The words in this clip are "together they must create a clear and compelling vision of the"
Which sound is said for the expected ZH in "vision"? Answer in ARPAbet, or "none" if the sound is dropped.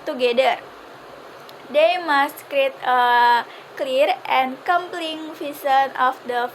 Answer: S